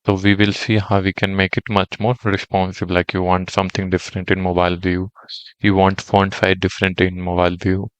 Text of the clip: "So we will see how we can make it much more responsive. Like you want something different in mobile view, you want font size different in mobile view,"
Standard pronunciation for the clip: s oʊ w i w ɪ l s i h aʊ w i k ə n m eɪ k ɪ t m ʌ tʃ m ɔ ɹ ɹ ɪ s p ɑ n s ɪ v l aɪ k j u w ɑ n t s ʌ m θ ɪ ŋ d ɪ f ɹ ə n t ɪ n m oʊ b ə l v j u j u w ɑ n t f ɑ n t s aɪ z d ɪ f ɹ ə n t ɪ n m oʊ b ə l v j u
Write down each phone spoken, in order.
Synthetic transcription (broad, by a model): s oʊ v i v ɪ l s i h aʊ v i k ə n m eɪ k ɪ t m ʌ tʃ m ɔ ɹ ɹ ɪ s p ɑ n s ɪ b l aɪ k j u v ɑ n t s ʌ m t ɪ ŋ d ɪ f ɹ ə n t ɪ n m oʊ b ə l v j u j u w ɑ n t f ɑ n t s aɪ d ɪ f ɹ ə n t ɪ n m oʊ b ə l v j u